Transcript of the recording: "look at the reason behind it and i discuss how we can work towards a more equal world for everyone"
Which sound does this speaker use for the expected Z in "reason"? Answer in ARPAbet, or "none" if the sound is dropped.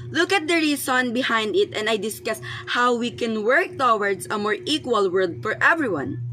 S